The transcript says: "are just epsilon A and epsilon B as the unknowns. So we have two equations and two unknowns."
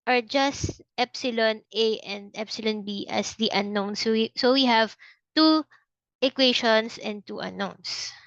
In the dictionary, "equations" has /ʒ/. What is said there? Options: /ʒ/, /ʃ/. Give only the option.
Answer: /ʃ/